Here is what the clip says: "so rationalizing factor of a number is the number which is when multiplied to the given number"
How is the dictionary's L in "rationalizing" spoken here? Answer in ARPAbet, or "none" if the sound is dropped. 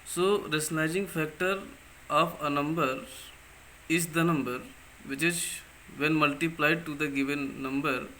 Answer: none